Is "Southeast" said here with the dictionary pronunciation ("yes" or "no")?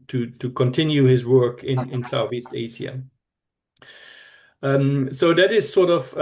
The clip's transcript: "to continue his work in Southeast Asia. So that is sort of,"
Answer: yes